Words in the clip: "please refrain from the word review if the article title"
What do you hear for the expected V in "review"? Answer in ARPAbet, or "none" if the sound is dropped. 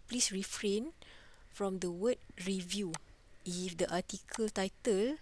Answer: V